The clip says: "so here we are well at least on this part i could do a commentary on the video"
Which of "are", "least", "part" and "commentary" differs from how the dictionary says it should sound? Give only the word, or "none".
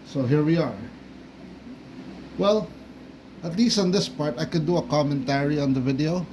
none